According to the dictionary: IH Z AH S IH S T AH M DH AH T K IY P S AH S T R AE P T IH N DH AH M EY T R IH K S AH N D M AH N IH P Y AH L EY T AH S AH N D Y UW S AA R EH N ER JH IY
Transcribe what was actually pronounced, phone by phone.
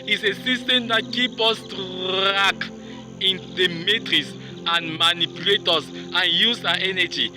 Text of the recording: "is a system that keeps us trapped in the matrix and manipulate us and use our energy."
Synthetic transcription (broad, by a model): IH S AH S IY S T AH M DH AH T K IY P AH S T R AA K IH N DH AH M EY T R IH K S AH N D M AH N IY P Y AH L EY T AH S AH N Y UW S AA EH N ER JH IY